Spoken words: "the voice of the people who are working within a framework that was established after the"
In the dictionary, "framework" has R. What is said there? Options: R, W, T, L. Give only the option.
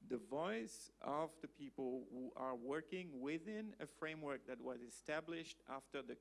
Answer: R